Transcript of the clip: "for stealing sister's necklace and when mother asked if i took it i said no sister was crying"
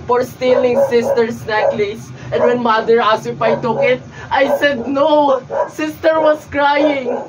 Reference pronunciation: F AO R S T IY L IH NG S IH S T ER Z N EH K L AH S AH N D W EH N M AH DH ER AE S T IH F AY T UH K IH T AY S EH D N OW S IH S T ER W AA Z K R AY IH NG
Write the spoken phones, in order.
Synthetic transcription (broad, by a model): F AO R S T IY L IH NG S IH S T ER S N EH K L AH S AH N D W EH N M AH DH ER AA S IH P AY T UH K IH T AY S EH D N OW S IH S T ER W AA S K R AY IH NG